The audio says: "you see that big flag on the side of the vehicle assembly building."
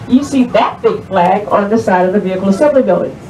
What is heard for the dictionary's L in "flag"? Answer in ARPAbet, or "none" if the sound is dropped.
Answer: L